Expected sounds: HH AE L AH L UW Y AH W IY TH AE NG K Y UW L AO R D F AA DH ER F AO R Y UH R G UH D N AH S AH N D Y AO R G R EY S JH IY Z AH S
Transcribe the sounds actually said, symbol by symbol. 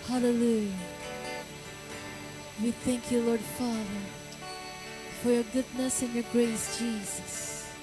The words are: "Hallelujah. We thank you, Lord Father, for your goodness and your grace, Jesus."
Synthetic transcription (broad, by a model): HH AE L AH L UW Y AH W IY TH AE NG K Y UW L AO R D F AA DH ER F AO R Y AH R G UH D N AH S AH N Y AO R G R EY S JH IY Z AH S